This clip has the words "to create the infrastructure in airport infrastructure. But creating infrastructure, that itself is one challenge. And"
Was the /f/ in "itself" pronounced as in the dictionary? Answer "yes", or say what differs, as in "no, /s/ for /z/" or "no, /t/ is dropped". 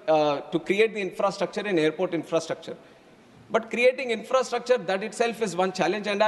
yes